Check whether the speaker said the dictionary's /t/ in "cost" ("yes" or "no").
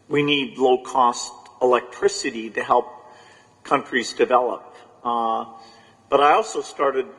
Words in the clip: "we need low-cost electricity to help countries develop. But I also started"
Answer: yes